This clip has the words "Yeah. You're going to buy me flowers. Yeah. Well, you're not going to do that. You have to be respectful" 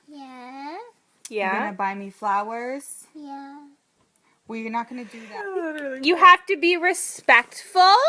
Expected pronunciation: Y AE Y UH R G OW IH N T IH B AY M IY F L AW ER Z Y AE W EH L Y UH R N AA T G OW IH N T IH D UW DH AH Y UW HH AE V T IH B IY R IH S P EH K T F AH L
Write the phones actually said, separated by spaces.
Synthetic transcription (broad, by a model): Y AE Y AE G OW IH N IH B AY M IY F L AW ER Z Y AE W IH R N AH T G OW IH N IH D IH DH AH Y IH HH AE F T IH B IY R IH S P EH K T F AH L